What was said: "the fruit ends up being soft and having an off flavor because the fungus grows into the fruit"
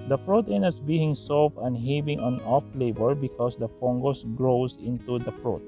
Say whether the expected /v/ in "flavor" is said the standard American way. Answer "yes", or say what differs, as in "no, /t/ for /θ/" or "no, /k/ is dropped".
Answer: no, /b/ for /v/